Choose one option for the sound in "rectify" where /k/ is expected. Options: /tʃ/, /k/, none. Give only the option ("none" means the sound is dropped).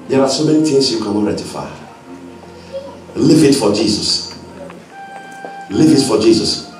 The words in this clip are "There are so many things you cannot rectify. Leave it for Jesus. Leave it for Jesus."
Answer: none